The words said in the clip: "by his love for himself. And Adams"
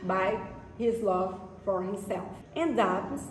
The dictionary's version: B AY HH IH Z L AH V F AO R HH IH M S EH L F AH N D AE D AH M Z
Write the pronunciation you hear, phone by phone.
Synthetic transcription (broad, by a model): B AY HH IH Z L AH V F AO R HH IH M S EH L F AH N D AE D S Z